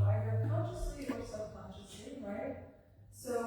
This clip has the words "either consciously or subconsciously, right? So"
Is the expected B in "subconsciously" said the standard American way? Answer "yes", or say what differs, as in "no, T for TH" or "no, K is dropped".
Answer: no, B is dropped